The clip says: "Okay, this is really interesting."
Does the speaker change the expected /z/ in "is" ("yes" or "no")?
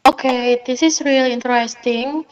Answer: yes